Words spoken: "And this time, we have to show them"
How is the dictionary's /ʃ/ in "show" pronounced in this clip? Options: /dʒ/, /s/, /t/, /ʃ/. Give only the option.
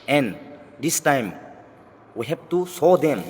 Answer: /s/